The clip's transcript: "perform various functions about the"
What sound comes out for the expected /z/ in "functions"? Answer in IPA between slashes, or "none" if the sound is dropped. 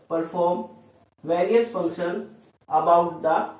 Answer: none